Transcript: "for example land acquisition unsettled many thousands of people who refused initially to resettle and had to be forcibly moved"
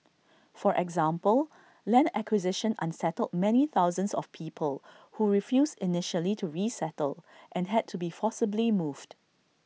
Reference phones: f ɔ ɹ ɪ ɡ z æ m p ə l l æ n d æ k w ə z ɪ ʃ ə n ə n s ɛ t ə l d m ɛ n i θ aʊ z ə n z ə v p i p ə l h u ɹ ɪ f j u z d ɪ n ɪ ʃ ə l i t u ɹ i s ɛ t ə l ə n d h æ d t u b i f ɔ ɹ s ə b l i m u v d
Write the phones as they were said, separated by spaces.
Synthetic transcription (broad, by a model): f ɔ ɹ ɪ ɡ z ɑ m p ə l l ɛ n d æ k w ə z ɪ ʃ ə n ə n s ɛ t ə l d m ɛ n i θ aʊ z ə n s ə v p i p ə l h u ɹ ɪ f j u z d ɪ n ɪ ʃ ə l i t u ɹ i s ɛ t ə l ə n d h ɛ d t u b i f ɔ s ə b l i m u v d